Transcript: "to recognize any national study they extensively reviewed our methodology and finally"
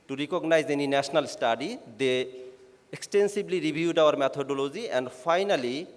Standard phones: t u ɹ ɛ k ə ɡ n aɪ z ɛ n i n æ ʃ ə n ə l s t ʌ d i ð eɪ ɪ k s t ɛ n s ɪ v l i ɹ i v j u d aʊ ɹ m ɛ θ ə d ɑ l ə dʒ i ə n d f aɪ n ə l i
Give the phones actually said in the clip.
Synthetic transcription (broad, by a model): t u ɹ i k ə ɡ n aɪ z ɛ n i n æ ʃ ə n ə l s t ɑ d i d eɪ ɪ k s t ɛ n s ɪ b l i ɹ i b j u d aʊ ɹ m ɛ t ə d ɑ l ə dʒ i ə n d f aɪ n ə l i